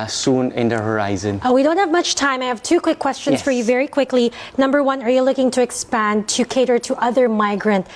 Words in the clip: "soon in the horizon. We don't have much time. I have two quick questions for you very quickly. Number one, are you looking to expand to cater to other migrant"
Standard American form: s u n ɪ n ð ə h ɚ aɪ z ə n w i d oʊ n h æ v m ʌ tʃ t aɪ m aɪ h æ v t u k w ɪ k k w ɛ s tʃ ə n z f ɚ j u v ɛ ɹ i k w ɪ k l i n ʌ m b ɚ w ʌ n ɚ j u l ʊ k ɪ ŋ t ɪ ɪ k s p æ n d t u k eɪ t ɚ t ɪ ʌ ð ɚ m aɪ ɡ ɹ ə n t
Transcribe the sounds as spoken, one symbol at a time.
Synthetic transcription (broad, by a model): s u n ɪ n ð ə h ɚ aɪ z ə n w i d oʊ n h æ v m ʌ tʃ t aɪ m aɪ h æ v t u k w ɪ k k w ɛ s tʃ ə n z f ɚ j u v ɛ ɹ i k w ɪ k l i n ʌ m b ɚ w ʌ n ɚ j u l ʊ k ɪ ŋ t ɪ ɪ k s p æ n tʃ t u k eɪ t ɚ t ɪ ʌ ð ɚ m aɪ ɡ ɹ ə n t